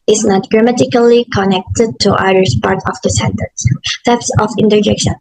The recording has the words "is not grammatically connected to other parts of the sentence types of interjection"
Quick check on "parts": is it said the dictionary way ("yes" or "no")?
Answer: no